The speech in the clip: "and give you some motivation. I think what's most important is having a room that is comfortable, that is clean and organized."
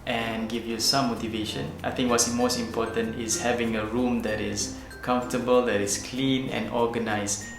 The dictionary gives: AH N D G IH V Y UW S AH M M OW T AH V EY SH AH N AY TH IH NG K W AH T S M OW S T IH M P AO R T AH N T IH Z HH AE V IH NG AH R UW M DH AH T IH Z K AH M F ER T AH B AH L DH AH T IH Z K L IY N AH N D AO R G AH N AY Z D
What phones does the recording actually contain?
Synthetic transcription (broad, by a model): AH N G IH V Y UW S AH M M OW T AH V EY SH AH N AY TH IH NG K W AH T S M OW S T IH M P AO T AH N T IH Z HH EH V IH NG AH R UW M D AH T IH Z K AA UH F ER T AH B AH L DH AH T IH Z K L IY N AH N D AO G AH N AY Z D